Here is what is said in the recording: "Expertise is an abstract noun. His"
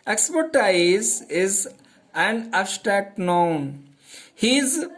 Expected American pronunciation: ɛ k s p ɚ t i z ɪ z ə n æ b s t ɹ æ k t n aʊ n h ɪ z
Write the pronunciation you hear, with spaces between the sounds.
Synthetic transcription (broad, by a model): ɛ k s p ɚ t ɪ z ɪ z ə n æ s t æ t n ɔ n h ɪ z